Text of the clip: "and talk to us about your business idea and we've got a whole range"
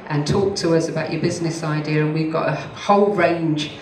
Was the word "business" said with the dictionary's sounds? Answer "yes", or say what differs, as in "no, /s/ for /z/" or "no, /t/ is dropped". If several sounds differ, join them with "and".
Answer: yes